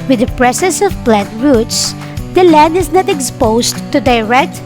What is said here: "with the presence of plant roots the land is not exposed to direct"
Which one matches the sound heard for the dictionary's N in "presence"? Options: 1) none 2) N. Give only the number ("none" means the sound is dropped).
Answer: 1